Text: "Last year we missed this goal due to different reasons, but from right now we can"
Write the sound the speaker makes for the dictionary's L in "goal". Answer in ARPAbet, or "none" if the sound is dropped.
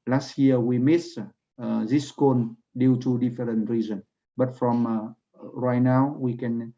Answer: N